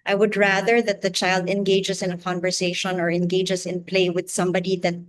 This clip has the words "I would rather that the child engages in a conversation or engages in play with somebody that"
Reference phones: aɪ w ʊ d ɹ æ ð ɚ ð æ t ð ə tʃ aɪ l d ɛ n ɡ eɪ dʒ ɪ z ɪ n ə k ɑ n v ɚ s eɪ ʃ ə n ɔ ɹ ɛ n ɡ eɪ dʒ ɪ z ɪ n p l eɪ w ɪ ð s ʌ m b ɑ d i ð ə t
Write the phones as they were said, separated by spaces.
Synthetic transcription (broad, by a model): aɪ w ʊ d ɹ æ ð ɚ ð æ t ð ə tʃ aɪ l d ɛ n ɡ eɪ dʒ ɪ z ɪ n ə k ɑ n v ɚ s eɪ ʃ ə n ɔ ɹ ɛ n ɡ eɪ dʒ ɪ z ɪ n p l eɪ w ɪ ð s ʌ m b ɑ d i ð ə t